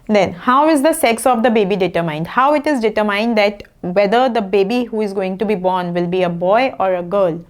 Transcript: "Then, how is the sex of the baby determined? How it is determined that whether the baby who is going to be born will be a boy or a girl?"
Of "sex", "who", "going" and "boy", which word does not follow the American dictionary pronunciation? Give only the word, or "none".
none